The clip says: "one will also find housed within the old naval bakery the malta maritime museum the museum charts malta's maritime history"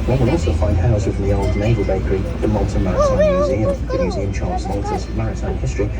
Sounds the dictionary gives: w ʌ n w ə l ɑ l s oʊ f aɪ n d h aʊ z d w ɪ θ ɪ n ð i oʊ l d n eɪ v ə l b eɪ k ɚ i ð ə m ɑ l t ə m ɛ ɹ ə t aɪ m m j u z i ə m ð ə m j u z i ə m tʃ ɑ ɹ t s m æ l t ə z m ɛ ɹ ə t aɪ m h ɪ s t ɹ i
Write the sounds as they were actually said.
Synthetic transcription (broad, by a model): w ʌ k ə n ɑ l s oʊ f aɪ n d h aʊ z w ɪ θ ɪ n ð i oʊ l d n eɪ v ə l b eɪ k ɚ i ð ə m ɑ l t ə m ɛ ɹ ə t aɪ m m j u z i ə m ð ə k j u z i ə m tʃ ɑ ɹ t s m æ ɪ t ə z m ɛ ɹ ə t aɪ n h ɪ s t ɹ i